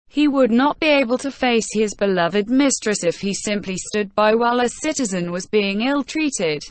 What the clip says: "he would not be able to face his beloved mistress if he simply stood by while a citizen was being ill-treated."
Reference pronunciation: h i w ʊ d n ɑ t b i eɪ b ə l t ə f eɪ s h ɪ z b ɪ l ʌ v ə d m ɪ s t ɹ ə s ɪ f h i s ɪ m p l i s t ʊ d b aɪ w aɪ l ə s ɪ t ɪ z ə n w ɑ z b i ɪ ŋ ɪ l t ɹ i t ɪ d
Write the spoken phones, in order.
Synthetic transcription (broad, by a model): h i w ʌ d n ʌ t b i eɪ b ə l t ə f eɪ s h ɪ z b ɪ l ʌ v ə d m ɪ s t ɹ ə s ɪ f h i s ɪ m p l i s t ʊ d b aɪ w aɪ l ə s ɪ t ɪ z ə n w ɑ z b i ɪ ŋ ɪ l t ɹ i t ɪ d